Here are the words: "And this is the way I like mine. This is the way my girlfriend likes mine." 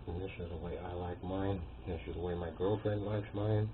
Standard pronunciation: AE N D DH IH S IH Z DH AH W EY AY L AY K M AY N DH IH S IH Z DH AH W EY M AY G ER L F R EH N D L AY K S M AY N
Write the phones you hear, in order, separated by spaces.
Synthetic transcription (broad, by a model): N DH IH S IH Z DH AH W EY AY L AY K M AY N DH IH S IH Z DH AH W EY M AY G ER L F R EH N D L AY K S M AY N